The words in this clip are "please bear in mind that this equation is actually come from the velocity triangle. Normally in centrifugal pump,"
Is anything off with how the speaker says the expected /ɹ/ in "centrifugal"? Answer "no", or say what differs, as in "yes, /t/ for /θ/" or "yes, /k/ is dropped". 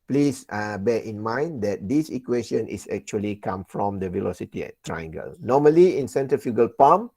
yes, /ɹ/ is dropped